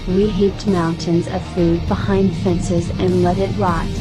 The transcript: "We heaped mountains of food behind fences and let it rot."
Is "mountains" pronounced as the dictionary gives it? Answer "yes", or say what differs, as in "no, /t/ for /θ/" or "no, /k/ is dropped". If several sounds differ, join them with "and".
yes